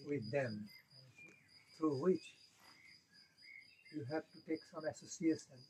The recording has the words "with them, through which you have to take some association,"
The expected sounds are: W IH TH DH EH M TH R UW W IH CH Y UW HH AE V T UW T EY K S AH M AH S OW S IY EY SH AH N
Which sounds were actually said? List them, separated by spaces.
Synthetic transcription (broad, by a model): W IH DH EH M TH R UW W IH CH Y UW HH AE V T UW T EY K S AH M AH S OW S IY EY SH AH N